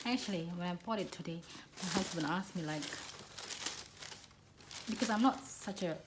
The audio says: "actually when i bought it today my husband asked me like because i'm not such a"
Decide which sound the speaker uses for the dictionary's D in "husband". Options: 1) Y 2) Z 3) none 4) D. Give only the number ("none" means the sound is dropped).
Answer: 3